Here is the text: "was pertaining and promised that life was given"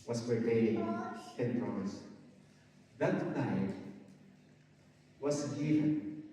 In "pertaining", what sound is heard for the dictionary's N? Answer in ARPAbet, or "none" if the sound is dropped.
none